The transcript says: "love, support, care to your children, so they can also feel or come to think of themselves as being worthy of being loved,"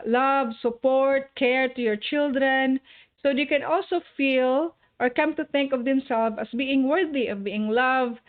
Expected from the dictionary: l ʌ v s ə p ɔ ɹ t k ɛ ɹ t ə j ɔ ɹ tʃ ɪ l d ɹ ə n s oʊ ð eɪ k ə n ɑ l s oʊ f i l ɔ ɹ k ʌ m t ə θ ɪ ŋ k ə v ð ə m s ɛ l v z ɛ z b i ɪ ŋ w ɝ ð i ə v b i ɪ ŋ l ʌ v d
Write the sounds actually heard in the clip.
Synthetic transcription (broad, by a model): l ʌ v s ə p ɔ ɹ t k ɛ ɹ t ə j ɔ ɹ tʃ ɪ l d ɹ ə n s oʊ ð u k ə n ɑ l s oʊ f i l ɔ ɹ k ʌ m t ə θ ɪ ŋ k ə v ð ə m s ɛ l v ʌ s b i ɪ ŋ w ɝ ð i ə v b i ɪ ŋ l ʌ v